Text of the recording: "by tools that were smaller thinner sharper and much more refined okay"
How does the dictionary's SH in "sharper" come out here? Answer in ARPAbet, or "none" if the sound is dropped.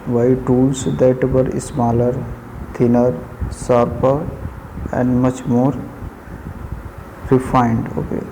S